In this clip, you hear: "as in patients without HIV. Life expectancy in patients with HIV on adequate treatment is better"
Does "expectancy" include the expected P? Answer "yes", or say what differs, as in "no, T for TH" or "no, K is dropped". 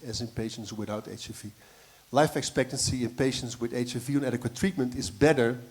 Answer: yes